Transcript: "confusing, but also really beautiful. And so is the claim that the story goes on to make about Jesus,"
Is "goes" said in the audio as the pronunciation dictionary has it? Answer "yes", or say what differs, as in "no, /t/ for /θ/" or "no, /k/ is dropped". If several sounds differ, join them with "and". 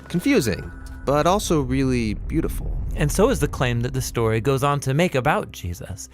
yes